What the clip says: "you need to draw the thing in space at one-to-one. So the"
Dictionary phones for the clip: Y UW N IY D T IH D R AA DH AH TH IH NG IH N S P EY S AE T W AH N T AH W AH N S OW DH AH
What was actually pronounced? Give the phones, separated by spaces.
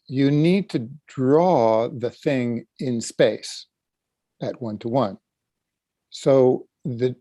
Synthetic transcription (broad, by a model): Y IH N IY D T IH D R AA DH AH TH IH NG IH N S P EY S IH T W AH N T AH W AH N S OW DH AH